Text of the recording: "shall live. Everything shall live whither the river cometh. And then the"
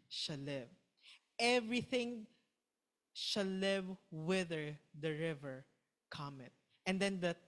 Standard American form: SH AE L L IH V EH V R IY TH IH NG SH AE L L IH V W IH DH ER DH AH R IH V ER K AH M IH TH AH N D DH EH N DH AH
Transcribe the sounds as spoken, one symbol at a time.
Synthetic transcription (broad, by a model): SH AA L L IH V EH V R IY TH IH NG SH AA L L IH V W IH DH ER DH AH R IH V ER K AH M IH T AH N D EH N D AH